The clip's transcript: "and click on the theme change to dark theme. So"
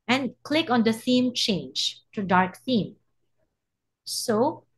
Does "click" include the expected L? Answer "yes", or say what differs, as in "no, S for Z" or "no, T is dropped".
yes